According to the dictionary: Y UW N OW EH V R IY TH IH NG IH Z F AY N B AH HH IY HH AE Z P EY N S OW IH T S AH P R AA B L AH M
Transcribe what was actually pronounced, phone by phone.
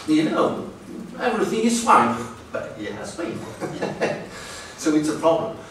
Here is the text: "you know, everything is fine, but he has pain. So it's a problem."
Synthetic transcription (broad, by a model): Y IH N OW EH V R IY TH IH NG IH Z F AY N B AH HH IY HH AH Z B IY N S OW IH T S AH P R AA B L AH M